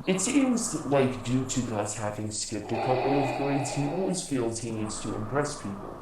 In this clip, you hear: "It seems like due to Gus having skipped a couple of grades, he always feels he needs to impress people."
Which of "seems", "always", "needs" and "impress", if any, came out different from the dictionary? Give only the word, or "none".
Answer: seems